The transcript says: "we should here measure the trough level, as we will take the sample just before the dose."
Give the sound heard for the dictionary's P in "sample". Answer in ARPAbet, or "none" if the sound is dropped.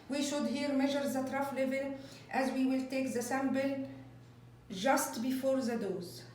B